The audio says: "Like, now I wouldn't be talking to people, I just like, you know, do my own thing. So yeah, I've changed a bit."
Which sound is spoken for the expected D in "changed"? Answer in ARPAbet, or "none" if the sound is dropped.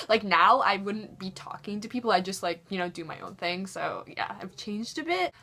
D